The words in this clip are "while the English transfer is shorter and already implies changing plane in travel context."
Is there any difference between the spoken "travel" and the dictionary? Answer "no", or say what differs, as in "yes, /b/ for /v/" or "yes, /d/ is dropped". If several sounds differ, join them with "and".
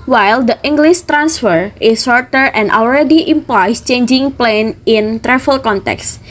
yes, /f/ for /v/